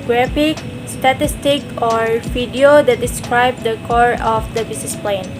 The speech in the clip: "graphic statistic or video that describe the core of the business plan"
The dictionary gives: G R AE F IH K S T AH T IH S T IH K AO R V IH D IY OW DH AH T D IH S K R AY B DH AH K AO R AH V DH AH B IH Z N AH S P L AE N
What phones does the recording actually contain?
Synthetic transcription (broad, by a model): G R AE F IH K S T AH T IH S T IH K AO R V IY D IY OW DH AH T D IH S K R AY B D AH K AO R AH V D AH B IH S N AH S P L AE N